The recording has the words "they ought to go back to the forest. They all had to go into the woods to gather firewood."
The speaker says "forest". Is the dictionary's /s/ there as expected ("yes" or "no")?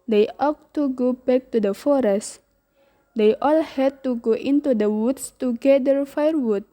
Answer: yes